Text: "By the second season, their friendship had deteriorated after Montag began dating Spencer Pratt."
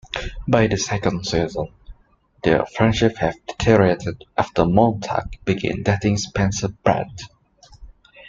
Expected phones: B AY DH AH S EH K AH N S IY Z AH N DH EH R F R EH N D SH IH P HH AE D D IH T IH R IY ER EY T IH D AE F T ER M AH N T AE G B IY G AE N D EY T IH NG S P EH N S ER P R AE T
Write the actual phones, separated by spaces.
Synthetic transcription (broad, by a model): B AY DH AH S EH K AH N S IY Z AH N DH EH F R EH N D SH IH P HH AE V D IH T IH R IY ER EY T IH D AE F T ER M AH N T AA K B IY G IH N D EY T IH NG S P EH N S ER B R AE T